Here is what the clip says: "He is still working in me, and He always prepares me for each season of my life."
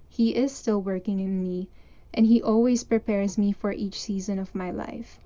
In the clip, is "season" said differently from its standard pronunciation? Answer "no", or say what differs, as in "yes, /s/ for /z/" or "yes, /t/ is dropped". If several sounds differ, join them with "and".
no